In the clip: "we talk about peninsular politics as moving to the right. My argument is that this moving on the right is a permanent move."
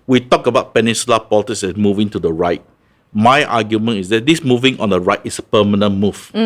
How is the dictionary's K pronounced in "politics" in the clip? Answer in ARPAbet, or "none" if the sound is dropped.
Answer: none